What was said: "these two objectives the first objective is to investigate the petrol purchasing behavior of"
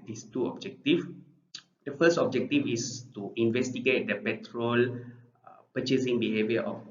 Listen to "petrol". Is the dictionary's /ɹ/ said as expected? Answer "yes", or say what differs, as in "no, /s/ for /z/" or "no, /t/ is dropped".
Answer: yes